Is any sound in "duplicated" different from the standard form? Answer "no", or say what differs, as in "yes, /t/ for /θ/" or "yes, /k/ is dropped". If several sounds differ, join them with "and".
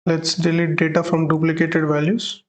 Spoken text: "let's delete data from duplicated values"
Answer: no